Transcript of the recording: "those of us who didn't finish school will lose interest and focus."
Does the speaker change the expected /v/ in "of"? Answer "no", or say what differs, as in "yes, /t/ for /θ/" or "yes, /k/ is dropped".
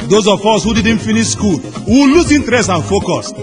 yes, /f/ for /v/